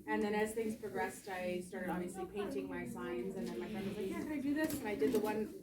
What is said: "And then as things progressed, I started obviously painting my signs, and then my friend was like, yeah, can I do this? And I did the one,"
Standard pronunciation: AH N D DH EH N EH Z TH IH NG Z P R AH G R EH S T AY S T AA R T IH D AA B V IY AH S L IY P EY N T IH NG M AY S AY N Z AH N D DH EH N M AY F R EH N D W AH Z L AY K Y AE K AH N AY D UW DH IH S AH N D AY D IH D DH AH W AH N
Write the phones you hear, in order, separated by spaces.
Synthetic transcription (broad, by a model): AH N DH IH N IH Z TH IH NG Z P R AH G R EH S T AY S T AA R T IH D AA B V IY AH S L IY P EY N T IH NG M AY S AY N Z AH N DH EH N M AY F R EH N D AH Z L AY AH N AY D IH DH IH S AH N AY D IH D DH AH W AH N